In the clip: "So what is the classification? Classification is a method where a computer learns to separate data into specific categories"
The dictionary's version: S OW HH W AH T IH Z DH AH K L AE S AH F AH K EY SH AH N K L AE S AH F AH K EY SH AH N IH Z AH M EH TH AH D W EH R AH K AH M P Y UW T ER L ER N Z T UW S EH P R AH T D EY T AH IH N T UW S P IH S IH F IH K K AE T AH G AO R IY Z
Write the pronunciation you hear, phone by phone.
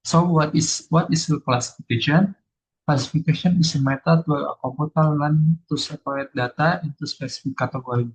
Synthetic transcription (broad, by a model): S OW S W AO T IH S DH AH K L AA S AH F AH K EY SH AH N K L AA S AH F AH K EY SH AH N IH S AH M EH T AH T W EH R AH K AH P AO T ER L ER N T UW S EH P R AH T D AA T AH IH N T UW S P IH S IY F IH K K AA T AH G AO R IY